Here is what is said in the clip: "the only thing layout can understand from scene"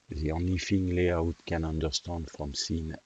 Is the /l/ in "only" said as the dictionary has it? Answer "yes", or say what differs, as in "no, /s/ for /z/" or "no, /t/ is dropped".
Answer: no, /l/ is dropped